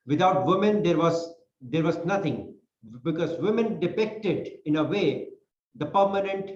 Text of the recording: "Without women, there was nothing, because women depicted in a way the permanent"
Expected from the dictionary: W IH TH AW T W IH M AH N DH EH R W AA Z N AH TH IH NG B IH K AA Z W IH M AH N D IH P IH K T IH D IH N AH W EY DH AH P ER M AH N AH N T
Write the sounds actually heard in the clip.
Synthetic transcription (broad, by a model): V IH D AW T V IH M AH N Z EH R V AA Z N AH T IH NG B IH K AA Z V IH M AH N D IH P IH K T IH D IH N AH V EY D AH P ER M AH N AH N T